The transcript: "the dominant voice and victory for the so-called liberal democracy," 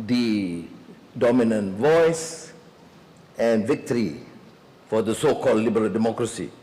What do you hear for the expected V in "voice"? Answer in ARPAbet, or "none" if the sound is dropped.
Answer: V